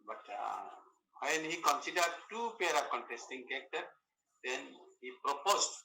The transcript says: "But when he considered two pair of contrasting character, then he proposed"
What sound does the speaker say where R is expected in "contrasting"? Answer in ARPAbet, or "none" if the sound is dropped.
none